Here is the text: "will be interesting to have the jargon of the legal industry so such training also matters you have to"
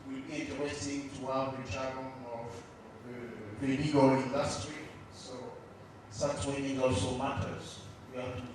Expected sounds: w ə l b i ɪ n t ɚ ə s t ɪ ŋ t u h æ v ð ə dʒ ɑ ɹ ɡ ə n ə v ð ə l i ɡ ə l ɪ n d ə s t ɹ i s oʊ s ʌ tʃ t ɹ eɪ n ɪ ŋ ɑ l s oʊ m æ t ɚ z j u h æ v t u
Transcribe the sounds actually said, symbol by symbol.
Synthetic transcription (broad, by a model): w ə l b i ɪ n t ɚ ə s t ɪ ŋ t u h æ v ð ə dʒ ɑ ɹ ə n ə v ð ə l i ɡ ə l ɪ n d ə s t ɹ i s oʊ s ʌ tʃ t w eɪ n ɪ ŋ ɑ l s oʊ m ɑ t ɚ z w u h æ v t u